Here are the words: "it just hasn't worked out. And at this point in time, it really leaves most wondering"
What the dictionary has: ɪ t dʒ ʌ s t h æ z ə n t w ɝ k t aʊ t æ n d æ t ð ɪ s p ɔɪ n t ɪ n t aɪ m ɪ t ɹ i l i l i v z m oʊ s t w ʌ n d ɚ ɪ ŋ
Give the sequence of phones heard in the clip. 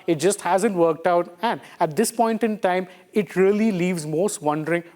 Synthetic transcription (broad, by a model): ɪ t dʒ ʌ s t h æ z ə n t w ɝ k t aʊ t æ n d æ t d ɪ s p ɔɪ n t ɪ n t aɪ m ɪ t ɹ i l i l i v z m oʊ s t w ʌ n d ɚ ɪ ŋ